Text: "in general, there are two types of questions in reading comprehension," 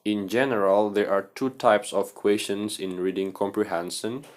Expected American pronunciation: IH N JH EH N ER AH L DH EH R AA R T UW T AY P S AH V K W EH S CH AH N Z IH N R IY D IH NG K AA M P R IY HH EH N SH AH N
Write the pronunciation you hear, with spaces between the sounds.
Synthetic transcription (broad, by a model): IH N JH EH N ER AH L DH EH R AA R T UW T AY P S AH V K W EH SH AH N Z IH N R IY D IH NG K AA M P R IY HH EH N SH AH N